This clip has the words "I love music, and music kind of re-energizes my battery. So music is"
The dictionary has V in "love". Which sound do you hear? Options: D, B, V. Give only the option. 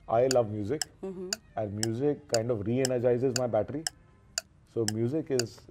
V